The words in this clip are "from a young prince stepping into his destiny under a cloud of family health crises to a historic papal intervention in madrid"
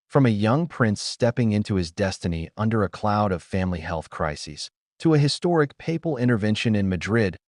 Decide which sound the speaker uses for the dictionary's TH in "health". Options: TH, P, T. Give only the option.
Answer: TH